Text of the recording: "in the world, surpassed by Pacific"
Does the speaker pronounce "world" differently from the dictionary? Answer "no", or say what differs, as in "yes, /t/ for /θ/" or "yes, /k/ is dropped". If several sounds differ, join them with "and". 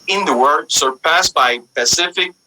yes, /l/ is dropped